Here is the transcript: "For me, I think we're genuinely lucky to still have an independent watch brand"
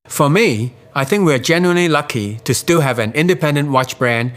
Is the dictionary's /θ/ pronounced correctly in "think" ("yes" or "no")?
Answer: yes